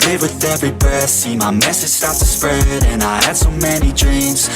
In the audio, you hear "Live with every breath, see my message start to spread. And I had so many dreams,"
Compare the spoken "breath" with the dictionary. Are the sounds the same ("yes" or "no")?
no